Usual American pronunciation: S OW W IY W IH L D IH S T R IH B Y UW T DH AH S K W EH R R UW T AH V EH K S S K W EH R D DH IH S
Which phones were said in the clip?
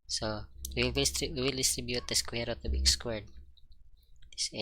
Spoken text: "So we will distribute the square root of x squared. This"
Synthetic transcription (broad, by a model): S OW W IY W IH L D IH S T R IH B Y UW T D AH S K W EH R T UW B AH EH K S S K W EH R D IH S